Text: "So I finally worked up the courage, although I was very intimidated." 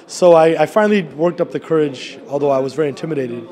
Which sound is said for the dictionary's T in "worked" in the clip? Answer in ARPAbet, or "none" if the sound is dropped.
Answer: T